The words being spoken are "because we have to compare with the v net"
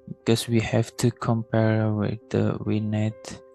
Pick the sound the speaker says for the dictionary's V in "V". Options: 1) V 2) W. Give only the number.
2